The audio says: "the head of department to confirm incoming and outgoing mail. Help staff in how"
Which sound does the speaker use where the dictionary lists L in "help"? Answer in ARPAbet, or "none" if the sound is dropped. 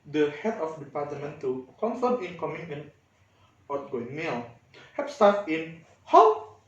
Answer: none